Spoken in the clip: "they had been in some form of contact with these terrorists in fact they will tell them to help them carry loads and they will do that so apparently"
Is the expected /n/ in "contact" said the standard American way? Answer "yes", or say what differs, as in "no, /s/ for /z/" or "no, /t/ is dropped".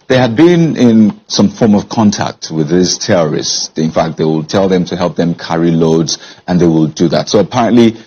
yes